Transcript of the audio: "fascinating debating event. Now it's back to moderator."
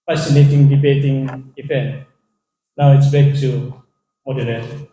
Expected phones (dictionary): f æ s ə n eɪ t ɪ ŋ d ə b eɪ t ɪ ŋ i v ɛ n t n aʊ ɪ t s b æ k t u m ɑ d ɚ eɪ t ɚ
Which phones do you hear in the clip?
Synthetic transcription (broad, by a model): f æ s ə n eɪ t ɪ ŋ d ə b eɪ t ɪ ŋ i f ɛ n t n aʊ ɪ t s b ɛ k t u m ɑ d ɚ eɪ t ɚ